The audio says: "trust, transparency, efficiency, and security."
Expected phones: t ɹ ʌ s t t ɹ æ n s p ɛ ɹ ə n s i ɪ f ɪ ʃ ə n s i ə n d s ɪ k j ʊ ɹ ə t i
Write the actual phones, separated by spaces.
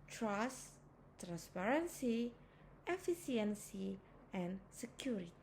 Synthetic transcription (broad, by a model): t ɹ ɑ s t t ɹ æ n s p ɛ ɹ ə n s i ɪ f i s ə n s i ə n s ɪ k j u ɹ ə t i